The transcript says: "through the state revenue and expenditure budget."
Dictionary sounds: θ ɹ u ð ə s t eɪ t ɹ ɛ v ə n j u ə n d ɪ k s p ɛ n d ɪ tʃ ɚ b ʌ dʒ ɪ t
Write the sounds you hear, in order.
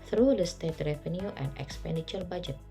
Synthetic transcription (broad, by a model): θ ɹ u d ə s t eɪ t ɹ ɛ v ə n j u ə n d ɪ k s p ɛ n d ɪ tʃ ɚ b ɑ dʒ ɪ t